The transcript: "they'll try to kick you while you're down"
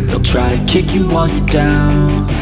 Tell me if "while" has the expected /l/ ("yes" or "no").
no